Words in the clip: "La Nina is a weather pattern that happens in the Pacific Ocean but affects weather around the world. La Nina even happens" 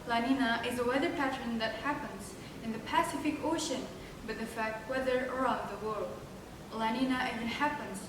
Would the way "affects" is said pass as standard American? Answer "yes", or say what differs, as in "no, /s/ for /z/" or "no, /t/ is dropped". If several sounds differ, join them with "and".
no, /s/ is dropped